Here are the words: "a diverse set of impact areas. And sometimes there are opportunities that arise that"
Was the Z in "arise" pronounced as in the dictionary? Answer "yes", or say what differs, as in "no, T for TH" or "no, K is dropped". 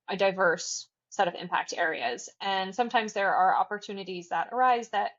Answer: yes